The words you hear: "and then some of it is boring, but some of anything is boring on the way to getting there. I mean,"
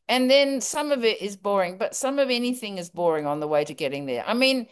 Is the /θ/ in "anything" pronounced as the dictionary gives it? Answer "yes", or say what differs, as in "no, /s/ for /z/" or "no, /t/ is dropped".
yes